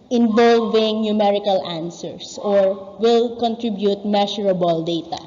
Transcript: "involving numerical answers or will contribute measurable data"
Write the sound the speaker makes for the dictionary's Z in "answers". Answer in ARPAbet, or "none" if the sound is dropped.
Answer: S